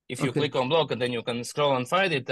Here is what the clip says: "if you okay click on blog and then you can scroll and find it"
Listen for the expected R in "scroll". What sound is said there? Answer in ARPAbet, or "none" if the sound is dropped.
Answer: R